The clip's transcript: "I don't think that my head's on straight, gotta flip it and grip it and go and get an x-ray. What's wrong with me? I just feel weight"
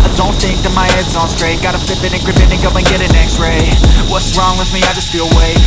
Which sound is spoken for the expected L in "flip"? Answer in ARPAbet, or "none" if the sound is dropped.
none